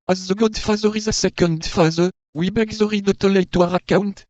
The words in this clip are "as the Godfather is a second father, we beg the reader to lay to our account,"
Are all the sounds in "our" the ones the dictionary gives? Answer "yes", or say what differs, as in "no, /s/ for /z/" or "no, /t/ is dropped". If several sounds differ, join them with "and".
yes